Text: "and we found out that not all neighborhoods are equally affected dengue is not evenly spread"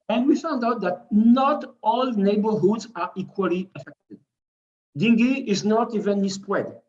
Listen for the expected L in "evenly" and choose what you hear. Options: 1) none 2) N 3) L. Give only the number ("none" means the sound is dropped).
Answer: 1